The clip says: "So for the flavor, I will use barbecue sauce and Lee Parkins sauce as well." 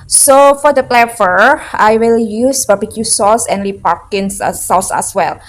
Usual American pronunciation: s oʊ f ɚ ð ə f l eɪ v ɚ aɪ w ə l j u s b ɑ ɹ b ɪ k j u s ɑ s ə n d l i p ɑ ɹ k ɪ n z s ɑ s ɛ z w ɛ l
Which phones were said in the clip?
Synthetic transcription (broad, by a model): s oʊ f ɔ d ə p l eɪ f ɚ aɪ w ə l j u s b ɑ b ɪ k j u s ɑ s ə n l i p ɑ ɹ k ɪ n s s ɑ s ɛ s w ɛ l